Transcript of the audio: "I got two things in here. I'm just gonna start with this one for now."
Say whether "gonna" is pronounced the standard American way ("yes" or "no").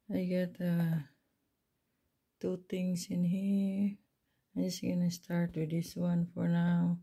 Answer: yes